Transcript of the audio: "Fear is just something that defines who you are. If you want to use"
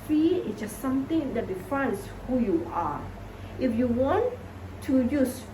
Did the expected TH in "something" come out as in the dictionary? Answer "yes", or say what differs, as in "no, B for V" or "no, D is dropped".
no, T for TH